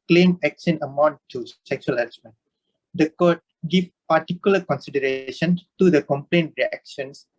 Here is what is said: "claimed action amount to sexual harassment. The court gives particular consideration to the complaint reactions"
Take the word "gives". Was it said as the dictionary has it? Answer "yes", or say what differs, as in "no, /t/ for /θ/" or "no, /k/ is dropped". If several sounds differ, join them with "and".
no, /z/ is dropped